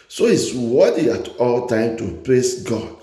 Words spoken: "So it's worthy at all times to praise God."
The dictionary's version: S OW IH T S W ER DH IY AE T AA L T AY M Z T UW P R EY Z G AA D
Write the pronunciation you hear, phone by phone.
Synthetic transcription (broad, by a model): S OW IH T S W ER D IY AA T AA L T AY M T UW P L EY S G AA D